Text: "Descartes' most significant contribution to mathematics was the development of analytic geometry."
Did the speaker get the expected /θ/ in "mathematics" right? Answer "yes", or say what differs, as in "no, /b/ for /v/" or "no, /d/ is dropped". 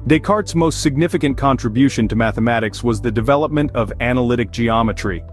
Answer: yes